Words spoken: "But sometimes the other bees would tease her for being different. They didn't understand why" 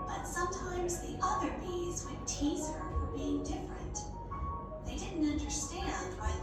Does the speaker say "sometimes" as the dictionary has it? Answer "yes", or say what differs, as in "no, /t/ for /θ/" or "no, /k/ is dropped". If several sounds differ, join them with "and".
yes